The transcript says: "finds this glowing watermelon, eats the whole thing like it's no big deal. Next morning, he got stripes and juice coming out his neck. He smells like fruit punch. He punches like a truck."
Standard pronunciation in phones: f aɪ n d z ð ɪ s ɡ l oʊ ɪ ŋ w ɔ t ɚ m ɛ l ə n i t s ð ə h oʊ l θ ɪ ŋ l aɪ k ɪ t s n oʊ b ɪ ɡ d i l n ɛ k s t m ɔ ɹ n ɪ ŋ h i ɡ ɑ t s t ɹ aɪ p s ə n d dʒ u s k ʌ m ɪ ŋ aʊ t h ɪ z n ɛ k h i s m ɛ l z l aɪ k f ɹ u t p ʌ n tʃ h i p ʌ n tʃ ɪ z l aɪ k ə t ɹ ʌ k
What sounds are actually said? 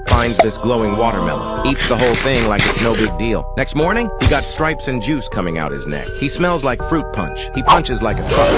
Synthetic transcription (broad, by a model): f aɪ n d z ð ɪ s ɡ l oʊ ɪ ŋ w ɔ t ɚ m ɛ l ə i t s ð ə h oʊ l θ ɪ ŋ l aɪ k ɪ t s n oʊ b ɪ ɡ d i l n ɛ k s t m ɔ ɹ n ɪ ŋ h i ɡ ɑ t s t ɹ aɪ p s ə n dʒ u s k ʌ m ɪ ŋ aʊ t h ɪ z n ɛ k h i s m ɛ l z l aɪ k f ɹ u t p ʌ n tʃ h i p ʌ n tʃ ɪ z l aɪ k ə t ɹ ʌ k